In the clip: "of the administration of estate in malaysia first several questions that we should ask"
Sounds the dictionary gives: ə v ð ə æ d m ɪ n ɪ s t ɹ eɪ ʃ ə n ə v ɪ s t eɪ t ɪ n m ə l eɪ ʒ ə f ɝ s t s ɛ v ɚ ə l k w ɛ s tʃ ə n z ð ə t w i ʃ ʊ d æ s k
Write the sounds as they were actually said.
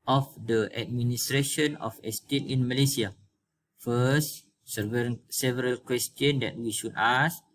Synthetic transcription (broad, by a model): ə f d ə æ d m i n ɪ s t ɹ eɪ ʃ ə n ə f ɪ s t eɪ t ɪ n m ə l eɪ s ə f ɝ s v s ɛ v ɚ ə l k w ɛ s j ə n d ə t w i ʃ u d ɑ s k